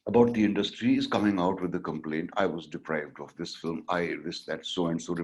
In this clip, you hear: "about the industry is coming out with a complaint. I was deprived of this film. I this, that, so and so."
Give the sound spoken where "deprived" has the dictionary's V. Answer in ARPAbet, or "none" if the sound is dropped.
V